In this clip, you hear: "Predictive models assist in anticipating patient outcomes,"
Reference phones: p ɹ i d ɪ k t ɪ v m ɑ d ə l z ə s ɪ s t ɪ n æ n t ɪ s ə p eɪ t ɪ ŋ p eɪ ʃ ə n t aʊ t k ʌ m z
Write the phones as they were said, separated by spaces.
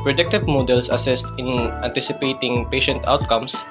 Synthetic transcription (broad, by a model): p ɹ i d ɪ k t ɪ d m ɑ d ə l s ə s ɪ s t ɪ n æ n t ɪ s ə p eɪ t ɪ ŋ p eɪ ʃ ə n t aʊ t k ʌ m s